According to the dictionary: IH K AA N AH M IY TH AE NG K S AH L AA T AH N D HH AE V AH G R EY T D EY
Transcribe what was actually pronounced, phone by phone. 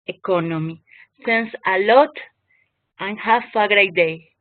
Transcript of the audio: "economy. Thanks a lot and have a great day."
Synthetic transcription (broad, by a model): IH K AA N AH M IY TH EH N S AH L AA T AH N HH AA F AH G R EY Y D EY